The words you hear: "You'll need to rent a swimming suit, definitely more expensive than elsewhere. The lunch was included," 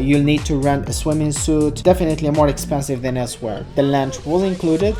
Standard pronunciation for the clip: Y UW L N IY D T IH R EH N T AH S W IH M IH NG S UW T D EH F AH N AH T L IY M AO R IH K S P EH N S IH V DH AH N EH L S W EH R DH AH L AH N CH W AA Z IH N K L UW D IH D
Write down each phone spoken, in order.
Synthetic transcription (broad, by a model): Y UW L N IY D T IH R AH N AH S W IH M IH NG S UW T D EH F AH N AH T L IY M AO R IH K S P EH N S IH V DH AH N EH L S W EH R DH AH L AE N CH W AA Z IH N K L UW D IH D